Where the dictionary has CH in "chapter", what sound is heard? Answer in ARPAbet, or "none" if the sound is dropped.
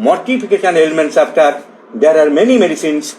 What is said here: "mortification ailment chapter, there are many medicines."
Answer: S